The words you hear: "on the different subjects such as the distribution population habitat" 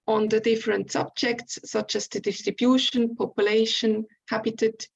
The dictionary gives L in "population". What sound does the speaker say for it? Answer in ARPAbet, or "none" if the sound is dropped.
L